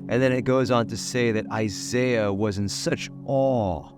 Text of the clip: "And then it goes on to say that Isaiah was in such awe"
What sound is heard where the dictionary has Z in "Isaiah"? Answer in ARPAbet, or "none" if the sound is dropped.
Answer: Z